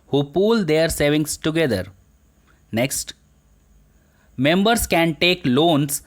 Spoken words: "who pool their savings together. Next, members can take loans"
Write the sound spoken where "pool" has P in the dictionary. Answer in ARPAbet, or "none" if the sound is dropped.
P